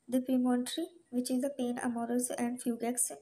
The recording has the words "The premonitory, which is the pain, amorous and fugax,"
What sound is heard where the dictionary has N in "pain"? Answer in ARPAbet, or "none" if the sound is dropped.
N